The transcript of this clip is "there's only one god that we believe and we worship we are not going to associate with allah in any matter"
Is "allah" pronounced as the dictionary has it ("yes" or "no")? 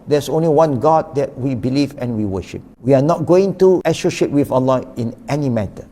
yes